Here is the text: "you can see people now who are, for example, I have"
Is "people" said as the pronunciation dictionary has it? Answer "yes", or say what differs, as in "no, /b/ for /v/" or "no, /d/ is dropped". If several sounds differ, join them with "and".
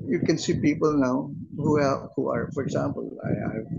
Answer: yes